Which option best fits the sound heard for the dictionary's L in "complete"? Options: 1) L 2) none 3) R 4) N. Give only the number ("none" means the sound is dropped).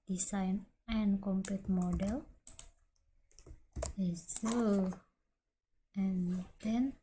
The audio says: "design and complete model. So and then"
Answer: 2